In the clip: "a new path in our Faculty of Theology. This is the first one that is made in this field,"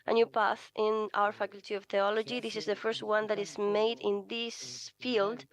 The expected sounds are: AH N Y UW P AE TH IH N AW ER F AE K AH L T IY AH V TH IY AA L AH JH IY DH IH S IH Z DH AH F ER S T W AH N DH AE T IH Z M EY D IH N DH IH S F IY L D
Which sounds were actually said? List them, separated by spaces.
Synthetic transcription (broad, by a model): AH N Y UW P AE TH IH N AW ER F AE K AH L T IY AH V TH IY AA L AH JH IY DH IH S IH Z DH AH F ER S T W AH N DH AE T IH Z M EY D IH N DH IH S F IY L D